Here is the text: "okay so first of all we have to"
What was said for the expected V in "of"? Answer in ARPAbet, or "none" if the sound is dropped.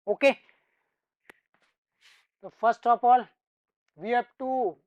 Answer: P